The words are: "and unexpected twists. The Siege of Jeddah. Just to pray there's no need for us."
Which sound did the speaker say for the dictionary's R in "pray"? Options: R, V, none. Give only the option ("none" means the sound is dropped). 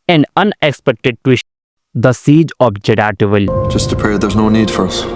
none